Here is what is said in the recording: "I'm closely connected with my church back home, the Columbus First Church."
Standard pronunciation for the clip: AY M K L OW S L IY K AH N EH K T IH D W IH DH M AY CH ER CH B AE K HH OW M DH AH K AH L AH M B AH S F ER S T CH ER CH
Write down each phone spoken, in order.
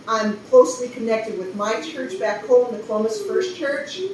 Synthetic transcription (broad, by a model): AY M K L OW S L IY K AH N EH K T IH D W IH DH M AY CH ER CH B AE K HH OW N DH AH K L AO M AH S F ER S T CH ER CH